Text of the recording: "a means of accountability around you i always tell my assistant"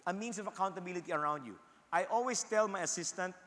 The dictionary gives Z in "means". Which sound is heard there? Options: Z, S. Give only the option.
S